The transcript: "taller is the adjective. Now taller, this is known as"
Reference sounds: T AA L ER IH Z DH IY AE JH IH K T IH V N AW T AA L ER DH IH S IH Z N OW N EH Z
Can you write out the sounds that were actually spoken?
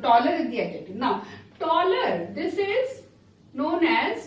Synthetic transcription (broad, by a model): T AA L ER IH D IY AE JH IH T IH N AW T AA L ER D IH S IH Z N OW N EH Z